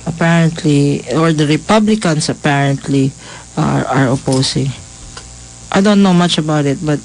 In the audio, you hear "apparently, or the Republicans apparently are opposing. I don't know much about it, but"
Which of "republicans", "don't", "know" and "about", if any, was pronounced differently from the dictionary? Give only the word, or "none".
republicans